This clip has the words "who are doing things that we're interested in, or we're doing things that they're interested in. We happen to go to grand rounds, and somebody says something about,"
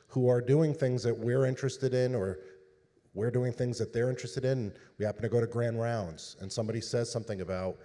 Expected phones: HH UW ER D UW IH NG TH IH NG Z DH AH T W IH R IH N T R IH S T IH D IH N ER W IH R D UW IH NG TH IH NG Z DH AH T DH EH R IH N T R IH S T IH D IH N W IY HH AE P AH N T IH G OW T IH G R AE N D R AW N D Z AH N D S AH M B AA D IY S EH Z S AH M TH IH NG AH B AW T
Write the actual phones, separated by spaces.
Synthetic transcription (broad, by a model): HH UW ER D UW IH NG TH IH NG Z DH AH T W IH R IH N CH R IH S T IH D IH N ER W IH R D UW IH NG TH IH NG Z DH AH T DH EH R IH N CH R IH S T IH D IH N W IY HH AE P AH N T IH G OW T IH G R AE N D R AW N D Z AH N S AH M B AA D IY S EH Z S AH M TH IH NG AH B AW T